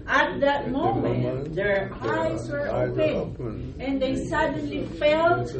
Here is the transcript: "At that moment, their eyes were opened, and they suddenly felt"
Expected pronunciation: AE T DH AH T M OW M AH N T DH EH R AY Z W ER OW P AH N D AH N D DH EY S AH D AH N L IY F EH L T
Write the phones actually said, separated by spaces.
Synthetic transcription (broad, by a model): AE T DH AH T M OW M AH N T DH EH R AY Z W ER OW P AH D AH N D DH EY S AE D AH N L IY F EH L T